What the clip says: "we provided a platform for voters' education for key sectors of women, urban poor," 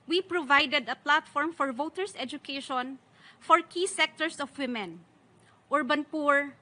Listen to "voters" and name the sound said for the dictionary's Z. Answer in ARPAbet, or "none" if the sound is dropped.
S